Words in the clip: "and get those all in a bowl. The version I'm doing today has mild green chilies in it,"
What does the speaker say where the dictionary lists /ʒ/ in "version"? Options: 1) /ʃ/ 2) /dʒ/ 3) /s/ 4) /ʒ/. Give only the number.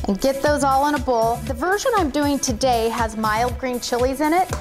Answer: 4